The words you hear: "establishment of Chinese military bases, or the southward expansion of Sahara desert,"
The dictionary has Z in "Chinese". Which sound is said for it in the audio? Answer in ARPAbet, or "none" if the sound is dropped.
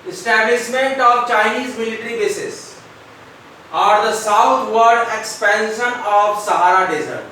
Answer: Z